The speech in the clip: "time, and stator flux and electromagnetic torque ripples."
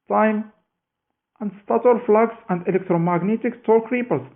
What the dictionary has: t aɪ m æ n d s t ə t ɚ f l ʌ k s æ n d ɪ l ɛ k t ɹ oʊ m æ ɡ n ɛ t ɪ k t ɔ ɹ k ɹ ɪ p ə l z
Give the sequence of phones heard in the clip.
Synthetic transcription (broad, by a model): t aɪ m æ n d s t ə t ɚ f l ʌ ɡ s æ n d ɪ l ɛ k t ɹ oʊ m æ ɡ n ɛ t ɪ k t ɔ l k ɹ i p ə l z